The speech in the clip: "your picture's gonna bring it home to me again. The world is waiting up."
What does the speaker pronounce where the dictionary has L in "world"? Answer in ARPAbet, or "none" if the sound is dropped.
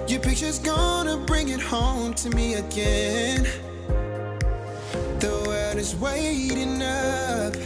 none